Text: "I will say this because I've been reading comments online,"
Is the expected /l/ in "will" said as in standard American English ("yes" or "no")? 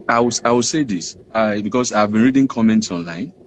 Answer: no